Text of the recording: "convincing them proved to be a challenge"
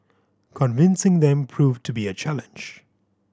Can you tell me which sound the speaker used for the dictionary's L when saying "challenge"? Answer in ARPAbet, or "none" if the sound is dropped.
L